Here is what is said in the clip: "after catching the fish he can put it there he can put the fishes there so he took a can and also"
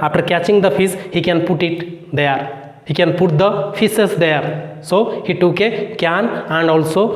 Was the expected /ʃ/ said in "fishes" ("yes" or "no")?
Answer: no